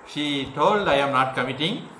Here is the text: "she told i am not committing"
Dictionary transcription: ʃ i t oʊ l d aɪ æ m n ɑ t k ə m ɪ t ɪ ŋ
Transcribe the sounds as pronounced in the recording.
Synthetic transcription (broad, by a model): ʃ i t oʊ l d aɪ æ m n ɑ t k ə m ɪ t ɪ ŋ